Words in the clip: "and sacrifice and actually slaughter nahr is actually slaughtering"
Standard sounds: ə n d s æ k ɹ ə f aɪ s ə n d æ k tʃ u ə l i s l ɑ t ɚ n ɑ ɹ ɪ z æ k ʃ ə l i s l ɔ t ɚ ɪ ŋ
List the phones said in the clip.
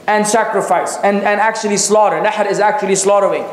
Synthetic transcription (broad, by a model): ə n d s æ k ɹ ə f aɪ s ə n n æ k tʃ u ə l i s l ɑ t ɚ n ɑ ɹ ɪ z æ k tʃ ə l i s l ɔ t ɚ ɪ ŋ